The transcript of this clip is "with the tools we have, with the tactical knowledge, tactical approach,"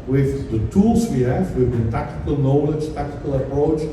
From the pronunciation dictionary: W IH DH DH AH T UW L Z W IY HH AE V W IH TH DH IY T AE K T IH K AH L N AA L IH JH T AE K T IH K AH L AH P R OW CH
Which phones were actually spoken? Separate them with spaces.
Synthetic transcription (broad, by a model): W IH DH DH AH T UW L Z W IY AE F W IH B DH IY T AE K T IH K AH L N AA L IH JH T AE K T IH K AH L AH P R OW CH